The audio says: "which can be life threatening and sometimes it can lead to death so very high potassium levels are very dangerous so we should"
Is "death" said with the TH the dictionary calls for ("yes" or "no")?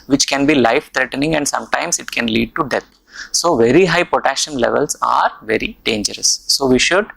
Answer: no